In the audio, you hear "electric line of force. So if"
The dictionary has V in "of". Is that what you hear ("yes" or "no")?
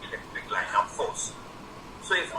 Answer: no